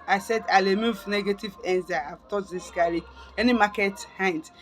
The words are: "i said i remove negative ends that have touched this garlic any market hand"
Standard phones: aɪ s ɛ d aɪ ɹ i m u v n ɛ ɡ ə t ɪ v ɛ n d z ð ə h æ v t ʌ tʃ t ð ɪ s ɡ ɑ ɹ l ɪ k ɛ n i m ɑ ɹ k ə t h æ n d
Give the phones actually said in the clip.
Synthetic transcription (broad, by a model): aɪ s ɛ d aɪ l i m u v n ɛ ɡ ə t ɪ v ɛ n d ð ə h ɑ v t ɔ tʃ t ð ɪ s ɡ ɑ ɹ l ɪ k ɛ n i m ɑ k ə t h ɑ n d